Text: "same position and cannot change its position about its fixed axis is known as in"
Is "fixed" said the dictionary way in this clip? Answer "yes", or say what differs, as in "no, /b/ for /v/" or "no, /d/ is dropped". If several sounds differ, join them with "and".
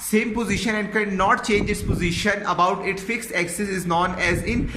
yes